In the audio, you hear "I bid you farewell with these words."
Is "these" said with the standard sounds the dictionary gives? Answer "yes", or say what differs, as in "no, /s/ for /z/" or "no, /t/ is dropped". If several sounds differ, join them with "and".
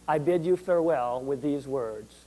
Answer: yes